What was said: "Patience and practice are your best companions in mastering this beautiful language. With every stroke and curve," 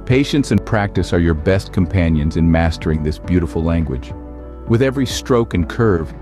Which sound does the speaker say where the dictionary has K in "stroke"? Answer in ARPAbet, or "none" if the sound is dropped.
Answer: K